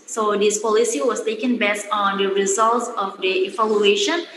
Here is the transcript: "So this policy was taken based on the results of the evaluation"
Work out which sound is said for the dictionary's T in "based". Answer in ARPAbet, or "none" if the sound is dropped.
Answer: none